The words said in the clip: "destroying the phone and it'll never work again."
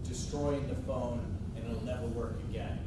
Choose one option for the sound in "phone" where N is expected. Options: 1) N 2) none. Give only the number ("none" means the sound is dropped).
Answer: 2